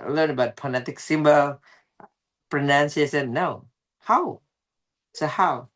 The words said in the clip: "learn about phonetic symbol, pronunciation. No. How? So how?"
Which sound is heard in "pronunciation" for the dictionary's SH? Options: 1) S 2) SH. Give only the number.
1